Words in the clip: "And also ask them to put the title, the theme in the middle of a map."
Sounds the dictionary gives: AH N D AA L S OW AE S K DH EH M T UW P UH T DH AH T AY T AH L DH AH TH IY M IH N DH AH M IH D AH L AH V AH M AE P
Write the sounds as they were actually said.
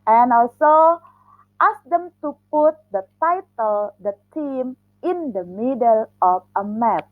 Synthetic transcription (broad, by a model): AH N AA L S OW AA S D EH M T UW P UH T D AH T AY T AH L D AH T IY M IH N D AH M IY D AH L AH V AH M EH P